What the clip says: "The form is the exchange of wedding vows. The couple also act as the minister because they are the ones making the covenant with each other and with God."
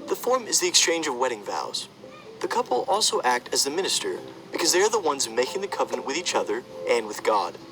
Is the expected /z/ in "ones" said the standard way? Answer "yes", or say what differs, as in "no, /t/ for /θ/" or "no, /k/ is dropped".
yes